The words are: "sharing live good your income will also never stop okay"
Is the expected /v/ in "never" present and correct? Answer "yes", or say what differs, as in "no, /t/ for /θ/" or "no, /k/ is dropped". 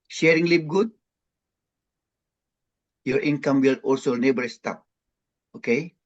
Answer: no, /b/ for /v/